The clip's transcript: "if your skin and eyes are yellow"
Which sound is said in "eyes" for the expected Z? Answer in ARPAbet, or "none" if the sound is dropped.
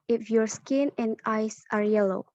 S